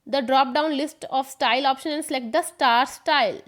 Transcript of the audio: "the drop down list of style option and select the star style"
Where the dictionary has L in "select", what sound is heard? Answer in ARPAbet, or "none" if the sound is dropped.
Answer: none